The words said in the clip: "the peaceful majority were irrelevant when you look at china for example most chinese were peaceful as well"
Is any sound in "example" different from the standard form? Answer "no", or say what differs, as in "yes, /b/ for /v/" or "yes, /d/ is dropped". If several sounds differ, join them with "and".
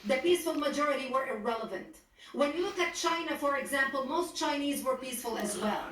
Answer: no